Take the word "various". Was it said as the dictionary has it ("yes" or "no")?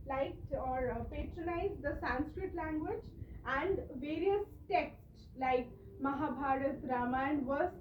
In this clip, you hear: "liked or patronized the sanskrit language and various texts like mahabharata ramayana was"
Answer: yes